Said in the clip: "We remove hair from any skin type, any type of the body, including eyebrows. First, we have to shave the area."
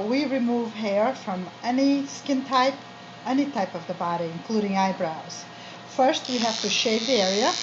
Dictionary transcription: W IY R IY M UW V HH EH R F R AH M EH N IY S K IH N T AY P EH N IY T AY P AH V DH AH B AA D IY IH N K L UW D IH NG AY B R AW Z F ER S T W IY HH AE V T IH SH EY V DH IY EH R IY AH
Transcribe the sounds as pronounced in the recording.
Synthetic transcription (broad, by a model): W IY R IY M UW V HH EH R F R AH M EH N IY S K IH N T AY P EH N IY T AY P AH V DH AH B AA D IY IH N K L UW D IH NG AY B R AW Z F ER S T W IY HH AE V T IH SH EY V DH IY EH R IY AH